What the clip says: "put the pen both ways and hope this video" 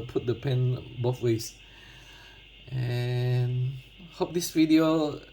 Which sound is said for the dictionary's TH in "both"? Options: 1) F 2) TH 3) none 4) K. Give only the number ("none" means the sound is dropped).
1